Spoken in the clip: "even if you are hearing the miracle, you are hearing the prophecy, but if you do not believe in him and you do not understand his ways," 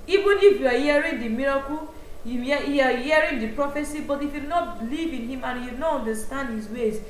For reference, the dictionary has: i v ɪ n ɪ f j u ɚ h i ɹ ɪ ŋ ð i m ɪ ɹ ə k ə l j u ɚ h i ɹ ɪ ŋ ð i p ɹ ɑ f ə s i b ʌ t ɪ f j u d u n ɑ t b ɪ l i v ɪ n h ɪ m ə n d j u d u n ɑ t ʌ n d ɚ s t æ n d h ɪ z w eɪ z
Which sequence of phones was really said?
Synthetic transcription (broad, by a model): i v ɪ n ɪ f j u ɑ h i ɹ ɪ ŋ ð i m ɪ ɹ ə k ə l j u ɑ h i ɹ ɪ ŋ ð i p ɹ ɑ f ə s i b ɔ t ɪ f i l n ɑ t b ɪ l i v ɪ n h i m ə n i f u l n ɑ t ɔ n d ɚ s t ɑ n d h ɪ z w eɪ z